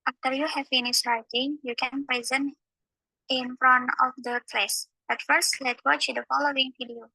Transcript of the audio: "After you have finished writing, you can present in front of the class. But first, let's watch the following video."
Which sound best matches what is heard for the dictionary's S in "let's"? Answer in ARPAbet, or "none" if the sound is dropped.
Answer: none